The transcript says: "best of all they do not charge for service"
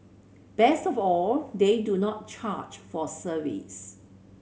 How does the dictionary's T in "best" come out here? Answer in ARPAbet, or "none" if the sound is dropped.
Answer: T